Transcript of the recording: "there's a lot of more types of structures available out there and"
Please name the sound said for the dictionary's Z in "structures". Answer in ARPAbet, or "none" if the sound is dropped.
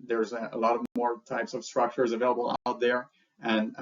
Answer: Z